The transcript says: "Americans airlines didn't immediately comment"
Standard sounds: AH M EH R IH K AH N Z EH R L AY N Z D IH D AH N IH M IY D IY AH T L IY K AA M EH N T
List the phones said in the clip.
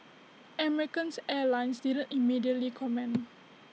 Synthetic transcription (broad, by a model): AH M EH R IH K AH N S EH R L AY N S D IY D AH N IH M IY D IY AH T L IY K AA M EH N